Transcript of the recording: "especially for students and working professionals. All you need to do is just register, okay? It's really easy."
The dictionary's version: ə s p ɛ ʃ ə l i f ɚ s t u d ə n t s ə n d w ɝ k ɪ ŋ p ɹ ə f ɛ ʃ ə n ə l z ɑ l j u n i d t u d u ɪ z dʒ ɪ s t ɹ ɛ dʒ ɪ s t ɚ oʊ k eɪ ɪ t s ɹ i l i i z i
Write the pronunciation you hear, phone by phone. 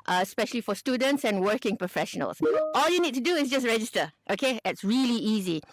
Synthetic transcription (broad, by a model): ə s p ɛ ʃ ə l i f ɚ s t u d ə n t s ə n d w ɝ k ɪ ŋ p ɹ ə f ɛ ʃ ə n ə l s ɑ l j u n i d t u d u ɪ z dʒ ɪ s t ɹ ɛ dʒ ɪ s t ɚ oʊ k eɪ ɪ t s ɹ i l i i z i